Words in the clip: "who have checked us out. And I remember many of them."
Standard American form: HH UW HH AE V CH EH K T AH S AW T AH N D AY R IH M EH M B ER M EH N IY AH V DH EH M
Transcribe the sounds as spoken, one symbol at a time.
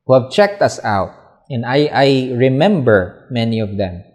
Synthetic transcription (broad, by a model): HH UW HH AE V CH EH K T AH S AW T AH N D AY R IH M EH M B ER M EH N IY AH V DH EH M